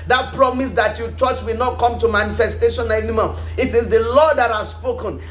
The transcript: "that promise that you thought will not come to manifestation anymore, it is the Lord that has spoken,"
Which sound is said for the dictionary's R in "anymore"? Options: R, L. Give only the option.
L